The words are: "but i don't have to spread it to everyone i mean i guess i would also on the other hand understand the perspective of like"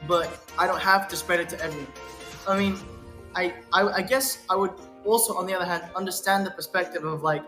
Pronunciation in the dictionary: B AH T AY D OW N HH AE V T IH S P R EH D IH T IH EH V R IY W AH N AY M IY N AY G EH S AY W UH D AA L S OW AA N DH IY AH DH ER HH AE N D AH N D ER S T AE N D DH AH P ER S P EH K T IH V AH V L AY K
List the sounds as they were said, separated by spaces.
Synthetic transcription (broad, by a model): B AH T AY D OW N HH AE F T IH S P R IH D IH T IH EH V R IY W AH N AY M IY N AY G EH S AY W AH D AA L S OW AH N DH IY AH DH ER HH AE N D AH N D ER S T AE N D DH AH P ER S P EH K T IH V AH V L AY K